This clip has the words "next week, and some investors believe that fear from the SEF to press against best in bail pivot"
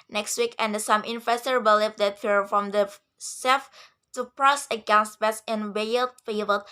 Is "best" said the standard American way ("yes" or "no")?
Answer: no